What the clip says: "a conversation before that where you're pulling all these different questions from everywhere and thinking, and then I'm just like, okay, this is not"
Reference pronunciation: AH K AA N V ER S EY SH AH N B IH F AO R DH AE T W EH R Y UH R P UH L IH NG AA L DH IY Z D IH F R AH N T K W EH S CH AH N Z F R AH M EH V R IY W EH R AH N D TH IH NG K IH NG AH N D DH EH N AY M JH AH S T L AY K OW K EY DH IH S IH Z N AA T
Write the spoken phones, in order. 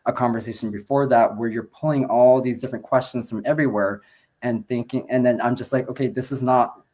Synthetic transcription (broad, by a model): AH K AA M V ER S EY SH N B IH F AO R DH AE T W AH R Y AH R P UH L IH NG AA L DH IY Z D IH F R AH N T K W EH S CH AH N Z F R AH M EH V R IY W EH R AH N TH IH NG K IH NG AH N DH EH N AY M JH AH S T L AY K OW K EY DH IH S IH Z N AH T